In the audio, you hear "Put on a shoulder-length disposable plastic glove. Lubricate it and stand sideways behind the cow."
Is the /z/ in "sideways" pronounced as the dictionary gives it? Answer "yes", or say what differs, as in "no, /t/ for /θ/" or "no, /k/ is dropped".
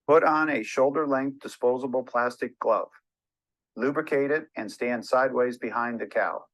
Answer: yes